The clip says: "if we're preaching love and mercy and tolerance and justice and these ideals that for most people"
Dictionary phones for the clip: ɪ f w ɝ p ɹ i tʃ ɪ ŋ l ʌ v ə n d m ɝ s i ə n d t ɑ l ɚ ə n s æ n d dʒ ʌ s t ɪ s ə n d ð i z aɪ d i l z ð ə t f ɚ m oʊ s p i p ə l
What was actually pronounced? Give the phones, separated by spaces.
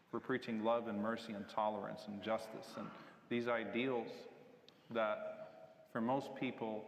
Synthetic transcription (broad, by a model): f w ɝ p ɹ i tʃ ɪ ŋ l ʌ v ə n m ɝ s i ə n t ɑ l ɚ ə n s n dʒ ʌ s t ɪ s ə n ð i z aɪ d i l z ð ə t f ɚ m oʊ s p i p l